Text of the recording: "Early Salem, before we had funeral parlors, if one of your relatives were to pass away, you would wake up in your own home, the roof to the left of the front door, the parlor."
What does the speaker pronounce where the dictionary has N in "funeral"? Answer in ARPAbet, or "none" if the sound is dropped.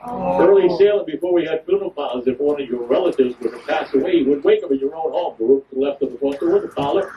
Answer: L